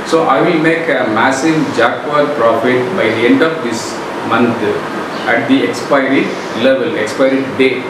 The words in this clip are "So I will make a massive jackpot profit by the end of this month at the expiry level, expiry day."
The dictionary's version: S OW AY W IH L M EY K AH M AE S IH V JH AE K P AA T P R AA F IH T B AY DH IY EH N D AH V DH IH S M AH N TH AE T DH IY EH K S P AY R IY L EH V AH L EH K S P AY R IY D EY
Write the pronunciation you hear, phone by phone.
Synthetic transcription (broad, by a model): S OW AY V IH L M EY K AH M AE S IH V JH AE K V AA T P R AA F IH T B AY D IY EH N D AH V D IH S M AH N T AE T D IY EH K S P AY R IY L EH V AH L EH K S P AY R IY D EY